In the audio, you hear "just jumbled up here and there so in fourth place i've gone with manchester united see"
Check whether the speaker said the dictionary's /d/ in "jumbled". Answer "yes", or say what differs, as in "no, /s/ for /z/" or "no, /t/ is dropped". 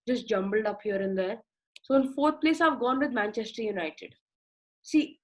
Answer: yes